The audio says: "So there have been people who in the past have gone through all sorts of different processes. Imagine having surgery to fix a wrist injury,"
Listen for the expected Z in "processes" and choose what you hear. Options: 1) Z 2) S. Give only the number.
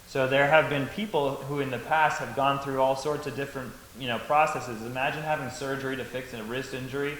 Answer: 1